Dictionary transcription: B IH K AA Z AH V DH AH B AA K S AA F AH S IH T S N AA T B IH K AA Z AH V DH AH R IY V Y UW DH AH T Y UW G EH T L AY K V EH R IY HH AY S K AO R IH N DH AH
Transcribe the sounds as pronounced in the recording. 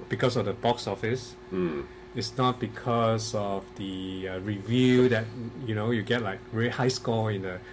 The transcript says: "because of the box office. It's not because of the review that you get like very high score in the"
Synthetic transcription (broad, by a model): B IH K AA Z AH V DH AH B AA K S AA F AH S IH T S N AA T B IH K AA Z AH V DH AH R IY V Y UW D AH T Y UW G EH T L AY K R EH IY HH AY S K AO IH N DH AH